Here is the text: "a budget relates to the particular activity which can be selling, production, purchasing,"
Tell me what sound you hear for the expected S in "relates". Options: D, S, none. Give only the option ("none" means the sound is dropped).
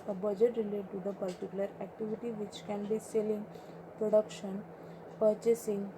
none